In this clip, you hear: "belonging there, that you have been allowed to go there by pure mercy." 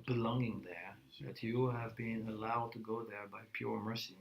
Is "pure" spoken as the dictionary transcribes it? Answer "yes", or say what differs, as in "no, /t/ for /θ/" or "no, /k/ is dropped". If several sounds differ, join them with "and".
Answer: yes